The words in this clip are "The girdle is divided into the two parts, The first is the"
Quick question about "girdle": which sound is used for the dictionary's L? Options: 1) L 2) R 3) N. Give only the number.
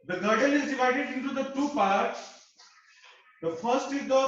3